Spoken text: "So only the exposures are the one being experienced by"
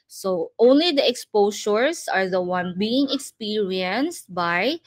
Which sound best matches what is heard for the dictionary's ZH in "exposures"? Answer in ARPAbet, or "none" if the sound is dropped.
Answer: SH